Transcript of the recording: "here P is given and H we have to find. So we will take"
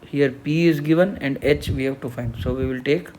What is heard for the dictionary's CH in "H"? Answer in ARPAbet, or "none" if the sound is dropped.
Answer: CH